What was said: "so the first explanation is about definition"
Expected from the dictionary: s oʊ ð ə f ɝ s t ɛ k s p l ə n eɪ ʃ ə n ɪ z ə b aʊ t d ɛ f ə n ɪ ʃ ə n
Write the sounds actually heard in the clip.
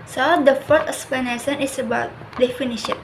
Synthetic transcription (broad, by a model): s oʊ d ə f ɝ t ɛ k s p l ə n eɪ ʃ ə n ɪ s ə b aʊ t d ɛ f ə n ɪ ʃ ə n